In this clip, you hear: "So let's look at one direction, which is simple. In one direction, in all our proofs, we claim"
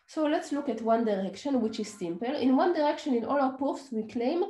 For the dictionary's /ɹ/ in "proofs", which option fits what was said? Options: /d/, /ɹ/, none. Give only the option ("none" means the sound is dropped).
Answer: none